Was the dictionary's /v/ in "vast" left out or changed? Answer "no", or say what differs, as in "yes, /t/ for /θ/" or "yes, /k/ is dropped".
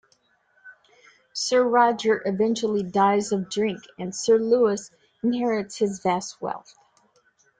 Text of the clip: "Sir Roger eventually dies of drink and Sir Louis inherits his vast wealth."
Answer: no